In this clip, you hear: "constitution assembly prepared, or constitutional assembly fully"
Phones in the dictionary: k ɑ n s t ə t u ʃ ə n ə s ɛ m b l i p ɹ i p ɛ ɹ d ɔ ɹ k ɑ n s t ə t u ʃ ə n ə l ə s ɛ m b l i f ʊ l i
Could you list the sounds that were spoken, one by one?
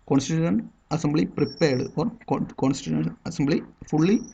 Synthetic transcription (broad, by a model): k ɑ n s t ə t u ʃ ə n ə s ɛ m b l i p ɹ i p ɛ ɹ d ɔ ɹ k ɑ n s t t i ə ə n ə s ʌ m b l i f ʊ l i